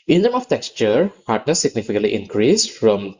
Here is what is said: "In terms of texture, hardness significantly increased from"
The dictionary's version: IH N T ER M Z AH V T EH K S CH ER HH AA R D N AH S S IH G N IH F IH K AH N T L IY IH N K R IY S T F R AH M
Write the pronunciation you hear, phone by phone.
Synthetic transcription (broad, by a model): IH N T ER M AH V T EH K S CH ER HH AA R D N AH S S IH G N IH F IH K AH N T L IY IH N K R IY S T F R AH M